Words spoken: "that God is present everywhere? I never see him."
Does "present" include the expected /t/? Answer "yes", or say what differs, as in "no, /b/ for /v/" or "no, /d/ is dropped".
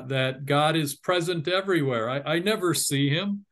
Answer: yes